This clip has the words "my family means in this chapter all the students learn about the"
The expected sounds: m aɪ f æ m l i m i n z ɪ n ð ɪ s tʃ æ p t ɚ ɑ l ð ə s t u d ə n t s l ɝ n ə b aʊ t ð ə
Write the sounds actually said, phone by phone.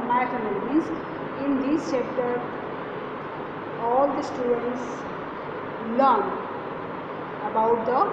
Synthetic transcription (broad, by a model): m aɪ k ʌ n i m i z ɪ n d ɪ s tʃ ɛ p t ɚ ɑ l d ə s t u d ə n t s l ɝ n ə b aʊ t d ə